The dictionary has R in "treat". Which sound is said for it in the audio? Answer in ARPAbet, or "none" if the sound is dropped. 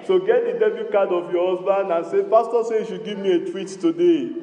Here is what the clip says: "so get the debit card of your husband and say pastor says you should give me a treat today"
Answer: W